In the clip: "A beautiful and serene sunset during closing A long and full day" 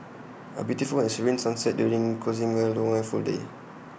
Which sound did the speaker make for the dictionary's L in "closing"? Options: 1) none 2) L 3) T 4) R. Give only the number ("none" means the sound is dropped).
1